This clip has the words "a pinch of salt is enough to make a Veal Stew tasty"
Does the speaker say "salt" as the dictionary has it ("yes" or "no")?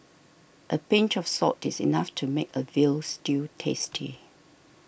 no